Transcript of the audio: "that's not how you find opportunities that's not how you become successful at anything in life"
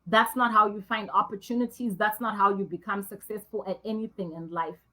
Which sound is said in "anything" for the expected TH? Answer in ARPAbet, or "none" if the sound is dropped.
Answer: TH